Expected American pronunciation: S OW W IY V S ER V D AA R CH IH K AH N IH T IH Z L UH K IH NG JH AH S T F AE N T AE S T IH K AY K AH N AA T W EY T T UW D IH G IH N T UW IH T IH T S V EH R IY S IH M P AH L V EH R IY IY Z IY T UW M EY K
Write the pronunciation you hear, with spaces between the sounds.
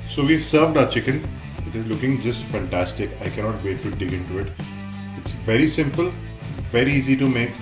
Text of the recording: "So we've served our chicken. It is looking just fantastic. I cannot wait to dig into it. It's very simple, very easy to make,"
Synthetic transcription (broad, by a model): S OW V IY V S ER V D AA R CH IH K AH N IH T IH Z L UH K IH NG JH AH S T F AE N T AE S T IH K AY K AH N AA T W EY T T UW D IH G IH N T UW IH T IH T S V EH R IY S IH M P AH L V EH R IY IY Z IY T UW M EY K